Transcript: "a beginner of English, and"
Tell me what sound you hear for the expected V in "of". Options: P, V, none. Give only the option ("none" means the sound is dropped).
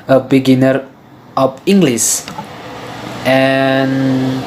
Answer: P